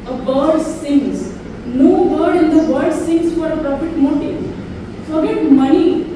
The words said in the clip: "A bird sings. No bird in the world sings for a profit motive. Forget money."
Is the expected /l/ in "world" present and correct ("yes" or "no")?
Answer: no